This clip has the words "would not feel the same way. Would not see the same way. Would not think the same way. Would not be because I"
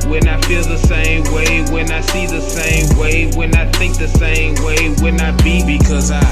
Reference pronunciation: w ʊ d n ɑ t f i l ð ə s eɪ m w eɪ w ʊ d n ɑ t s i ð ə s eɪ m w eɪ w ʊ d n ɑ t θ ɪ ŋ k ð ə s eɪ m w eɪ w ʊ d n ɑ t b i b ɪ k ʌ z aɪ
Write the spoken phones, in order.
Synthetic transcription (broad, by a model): w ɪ n ɑ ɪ f i l ð ə s eɪ m w eɪ w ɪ n ɑ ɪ s i ð ə s eɪ m w eɪ w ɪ n ɑ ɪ θ ɪ ŋ k ð ə s eɪ m w eɪ w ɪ n ɑ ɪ b i b ɪ k ʌ z aɪ